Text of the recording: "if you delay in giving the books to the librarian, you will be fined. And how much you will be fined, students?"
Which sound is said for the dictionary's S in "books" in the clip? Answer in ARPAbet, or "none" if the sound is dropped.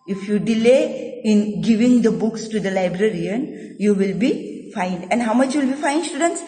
S